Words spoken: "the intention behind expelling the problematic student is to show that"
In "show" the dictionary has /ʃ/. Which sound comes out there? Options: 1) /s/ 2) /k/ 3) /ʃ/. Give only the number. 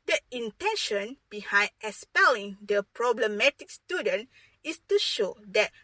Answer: 3